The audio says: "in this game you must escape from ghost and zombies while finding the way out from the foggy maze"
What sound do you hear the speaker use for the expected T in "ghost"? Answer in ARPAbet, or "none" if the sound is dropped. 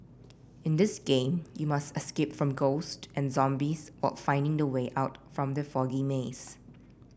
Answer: T